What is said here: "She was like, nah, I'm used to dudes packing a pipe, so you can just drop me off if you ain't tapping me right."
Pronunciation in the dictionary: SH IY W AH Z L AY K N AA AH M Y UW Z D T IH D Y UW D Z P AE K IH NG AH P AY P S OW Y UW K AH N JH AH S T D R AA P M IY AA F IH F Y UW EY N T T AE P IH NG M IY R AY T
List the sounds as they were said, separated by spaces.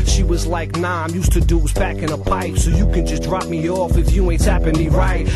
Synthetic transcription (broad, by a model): SH IY W AH Z L AY K N AA AH M Y UW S T IH D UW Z B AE K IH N AH P AY P S OW Y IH K AH N JH AH S D R AA P M IY AA F IH F Y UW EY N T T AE P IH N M IY R AY T